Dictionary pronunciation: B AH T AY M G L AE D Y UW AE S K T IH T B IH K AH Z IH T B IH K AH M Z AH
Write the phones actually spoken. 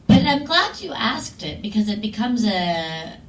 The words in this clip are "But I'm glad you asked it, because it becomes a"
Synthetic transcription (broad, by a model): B AH T AY M G L AE D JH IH AE S K T IH T B IH K AH Z IH T B IH K AH M Z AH